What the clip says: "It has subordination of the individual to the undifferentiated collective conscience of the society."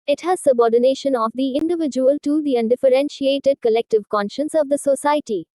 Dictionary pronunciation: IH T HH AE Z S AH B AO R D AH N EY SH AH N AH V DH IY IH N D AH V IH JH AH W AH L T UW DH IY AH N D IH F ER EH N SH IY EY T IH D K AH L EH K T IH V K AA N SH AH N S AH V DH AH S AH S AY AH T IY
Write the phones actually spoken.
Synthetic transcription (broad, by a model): IH T HH AE Z S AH B AO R D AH N EY SH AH N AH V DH IY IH N D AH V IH JH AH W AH L T UW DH IY AH N D IH F ER EH N SH IY EY T IH D K AH L EH K T IH V K AA N SH AH N S AH V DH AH S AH S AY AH T IY